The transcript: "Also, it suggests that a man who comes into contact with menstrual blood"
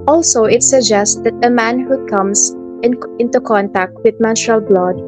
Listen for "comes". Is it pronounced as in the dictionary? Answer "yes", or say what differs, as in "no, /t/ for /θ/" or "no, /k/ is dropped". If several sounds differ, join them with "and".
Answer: no, /s/ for /z/